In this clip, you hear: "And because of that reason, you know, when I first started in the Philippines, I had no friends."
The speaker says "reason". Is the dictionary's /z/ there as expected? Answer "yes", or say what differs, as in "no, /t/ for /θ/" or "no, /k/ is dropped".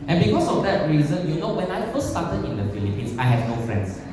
yes